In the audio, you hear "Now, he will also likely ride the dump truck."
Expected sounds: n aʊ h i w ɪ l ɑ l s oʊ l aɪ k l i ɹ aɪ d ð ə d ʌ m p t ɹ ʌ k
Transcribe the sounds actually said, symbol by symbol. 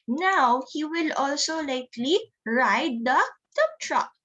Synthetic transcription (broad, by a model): n aʊ h i w ɪ l ɑ l s oʊ l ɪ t l i ɹ aɪ d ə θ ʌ p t ɹ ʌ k